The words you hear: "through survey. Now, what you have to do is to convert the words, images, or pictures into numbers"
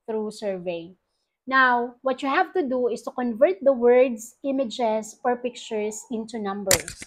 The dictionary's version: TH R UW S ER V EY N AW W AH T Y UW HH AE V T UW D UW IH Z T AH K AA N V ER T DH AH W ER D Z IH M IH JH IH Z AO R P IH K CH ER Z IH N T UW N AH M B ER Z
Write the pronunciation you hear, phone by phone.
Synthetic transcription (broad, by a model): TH R UW S ER V EY N AW W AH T Y UW HH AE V T UW D UW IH S T AH K AA N V ER T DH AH W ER D S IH M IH JH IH S AO R P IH K CH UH S IH N T UW N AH M B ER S